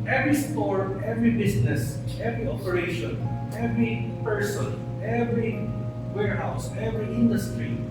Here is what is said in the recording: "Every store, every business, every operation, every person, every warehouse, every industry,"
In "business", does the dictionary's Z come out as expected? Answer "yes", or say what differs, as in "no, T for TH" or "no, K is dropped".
no, S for Z